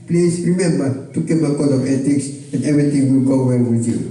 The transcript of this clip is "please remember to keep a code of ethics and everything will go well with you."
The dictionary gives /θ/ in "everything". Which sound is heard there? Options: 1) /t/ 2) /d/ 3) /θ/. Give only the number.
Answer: 1